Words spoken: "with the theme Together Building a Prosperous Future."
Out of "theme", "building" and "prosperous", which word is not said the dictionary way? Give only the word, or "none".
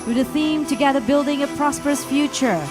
none